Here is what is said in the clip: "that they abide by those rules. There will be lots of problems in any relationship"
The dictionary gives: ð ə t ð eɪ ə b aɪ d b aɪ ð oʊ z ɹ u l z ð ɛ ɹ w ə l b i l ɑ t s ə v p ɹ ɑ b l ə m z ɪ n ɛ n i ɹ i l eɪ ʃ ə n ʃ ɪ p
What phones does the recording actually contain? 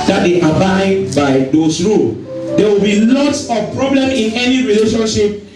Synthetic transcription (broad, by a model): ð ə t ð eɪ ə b aɪ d b aɪ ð oʊ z ɹ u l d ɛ w ə l b i l ɑ t s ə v p ɹ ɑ b l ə m ɪ n ɛ n i ɹ i l eɪ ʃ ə n ʃ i p